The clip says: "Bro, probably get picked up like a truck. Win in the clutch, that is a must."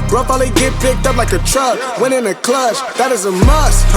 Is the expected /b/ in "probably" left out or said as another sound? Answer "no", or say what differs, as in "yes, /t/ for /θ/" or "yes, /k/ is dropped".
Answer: yes, /b/ is dropped